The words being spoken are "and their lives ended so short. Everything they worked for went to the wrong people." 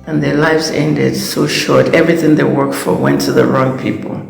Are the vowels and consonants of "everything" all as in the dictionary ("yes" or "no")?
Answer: yes